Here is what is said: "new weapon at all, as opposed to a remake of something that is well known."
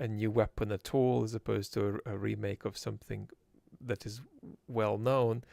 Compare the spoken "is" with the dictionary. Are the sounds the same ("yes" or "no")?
yes